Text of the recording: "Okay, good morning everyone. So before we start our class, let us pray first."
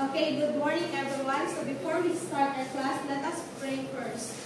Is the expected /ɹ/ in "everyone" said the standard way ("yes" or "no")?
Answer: no